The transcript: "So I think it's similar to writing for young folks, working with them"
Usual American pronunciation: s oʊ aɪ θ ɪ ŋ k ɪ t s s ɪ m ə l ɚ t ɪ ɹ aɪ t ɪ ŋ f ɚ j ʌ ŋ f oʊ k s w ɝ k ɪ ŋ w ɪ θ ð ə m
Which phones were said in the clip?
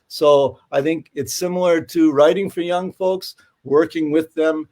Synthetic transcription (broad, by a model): s oʊ aɪ θ ɪ ŋ k ɪ t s s ɪ m l ɚ t ɪ ɹ aɪ t ɪ ŋ f ɚ j ʌ ŋ f oʊ k s w ɝ k ɪ ŋ w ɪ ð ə m